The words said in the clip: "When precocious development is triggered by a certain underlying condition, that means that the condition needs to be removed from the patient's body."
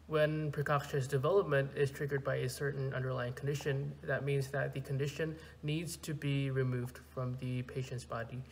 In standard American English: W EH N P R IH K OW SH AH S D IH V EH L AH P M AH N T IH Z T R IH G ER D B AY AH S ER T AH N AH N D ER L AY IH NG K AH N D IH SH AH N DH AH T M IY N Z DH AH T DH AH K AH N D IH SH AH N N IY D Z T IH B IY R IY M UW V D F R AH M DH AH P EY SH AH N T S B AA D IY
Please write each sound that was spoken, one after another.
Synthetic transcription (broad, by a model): W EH N P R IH K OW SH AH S D IH V EH L AH P M AH N T IH Z T R IH G ER D B AY AH S ER T N AH N D ER L AY IH NG K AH N D IH SH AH N DH AH T M IY N Z DH AH T DH AH K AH N D IH SH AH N N IY D Z T IH B IY R IY M UW V D F R AH M DH AH P EY SH AH N T S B AA D IY